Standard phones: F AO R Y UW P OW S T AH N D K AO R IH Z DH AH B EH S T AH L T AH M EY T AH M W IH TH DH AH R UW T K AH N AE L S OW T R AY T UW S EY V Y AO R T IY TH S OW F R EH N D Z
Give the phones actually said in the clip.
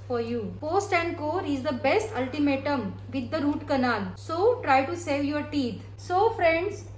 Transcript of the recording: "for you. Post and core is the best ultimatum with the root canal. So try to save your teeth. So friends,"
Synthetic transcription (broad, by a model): F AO R Y UW P OW S T AH N D K AO R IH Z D AH B EH S T AH L T AH M EY T AH M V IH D AH R UW T K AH N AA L S OW T R AY T UW S EY V Y AO R T IY T S OW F R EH N D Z